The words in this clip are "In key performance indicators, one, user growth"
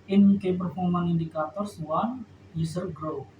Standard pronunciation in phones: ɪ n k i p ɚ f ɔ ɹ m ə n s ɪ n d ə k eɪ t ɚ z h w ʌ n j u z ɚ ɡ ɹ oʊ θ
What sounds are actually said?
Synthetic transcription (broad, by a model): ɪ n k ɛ p ɚ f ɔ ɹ m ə n i n d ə k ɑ t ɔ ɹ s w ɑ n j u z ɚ ɡ ɹ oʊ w